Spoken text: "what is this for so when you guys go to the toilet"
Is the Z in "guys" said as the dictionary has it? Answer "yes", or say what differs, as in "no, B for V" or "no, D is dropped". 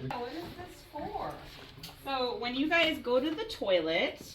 yes